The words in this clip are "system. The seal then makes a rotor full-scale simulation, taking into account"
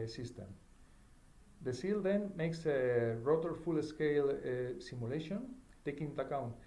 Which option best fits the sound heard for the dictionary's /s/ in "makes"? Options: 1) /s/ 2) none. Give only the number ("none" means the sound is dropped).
1